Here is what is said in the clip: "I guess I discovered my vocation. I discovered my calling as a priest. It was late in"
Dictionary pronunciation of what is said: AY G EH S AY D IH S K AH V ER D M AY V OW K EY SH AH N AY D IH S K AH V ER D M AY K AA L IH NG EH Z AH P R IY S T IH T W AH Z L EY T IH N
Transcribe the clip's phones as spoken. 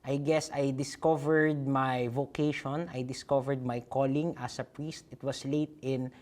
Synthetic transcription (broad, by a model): AY G EH S AY D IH S K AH V ER D M AY V OW K EY SH AH N AY D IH S K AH V ER D M AY K AA L IH NG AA S AH P R IY S T IH T W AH S L EY T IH N